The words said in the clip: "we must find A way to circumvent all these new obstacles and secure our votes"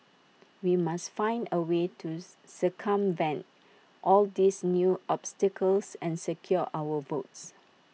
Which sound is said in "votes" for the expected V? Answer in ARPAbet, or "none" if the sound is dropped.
V